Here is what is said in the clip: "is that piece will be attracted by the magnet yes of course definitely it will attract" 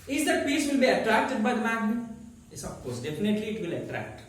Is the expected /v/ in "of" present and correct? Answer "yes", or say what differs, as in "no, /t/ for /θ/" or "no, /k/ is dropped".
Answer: no, /p/ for /v/